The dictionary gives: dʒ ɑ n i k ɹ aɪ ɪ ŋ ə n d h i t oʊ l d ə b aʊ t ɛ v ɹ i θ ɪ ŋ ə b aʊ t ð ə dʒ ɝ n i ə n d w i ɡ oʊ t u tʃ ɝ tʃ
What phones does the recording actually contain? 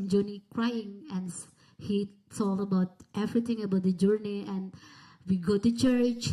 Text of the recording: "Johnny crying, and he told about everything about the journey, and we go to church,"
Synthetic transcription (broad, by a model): dʒ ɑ n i k ɹ aɪ ɪ ŋ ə n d h i s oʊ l ə b aʊ t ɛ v ɹ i t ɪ ŋ ə b aʊ t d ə dʒ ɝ n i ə n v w i ɡ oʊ t u tʃ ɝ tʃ